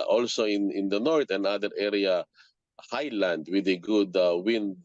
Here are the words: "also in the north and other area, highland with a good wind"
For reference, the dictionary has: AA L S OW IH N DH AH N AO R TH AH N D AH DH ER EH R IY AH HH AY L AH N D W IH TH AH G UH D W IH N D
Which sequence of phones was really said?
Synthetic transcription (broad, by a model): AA L S OW IH N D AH N AO R T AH N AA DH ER EH R IY AH HH AY L AH N D W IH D AH G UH D W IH N D